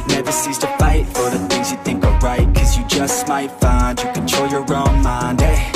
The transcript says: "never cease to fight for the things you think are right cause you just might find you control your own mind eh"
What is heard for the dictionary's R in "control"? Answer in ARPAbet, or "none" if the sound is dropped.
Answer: none